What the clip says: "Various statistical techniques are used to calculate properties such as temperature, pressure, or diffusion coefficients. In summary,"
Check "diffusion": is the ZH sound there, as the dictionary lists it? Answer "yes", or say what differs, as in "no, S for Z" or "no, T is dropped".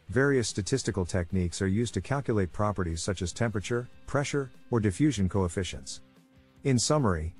yes